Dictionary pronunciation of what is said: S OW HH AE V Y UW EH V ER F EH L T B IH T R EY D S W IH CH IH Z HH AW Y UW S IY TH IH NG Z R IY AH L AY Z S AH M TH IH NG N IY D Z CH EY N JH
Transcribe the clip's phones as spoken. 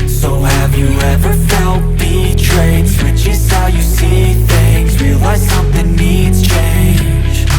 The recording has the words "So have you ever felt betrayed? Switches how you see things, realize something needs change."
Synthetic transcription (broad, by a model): S OW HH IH V Y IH EH V ER F EH L T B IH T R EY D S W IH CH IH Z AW Y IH S IY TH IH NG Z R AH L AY S AH M TH IH NG N IY D Z CH EY N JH